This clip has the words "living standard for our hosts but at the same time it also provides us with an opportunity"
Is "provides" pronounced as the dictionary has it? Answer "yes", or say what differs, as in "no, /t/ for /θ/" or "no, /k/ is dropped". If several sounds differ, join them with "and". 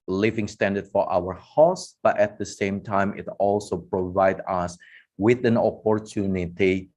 no, /z/ is dropped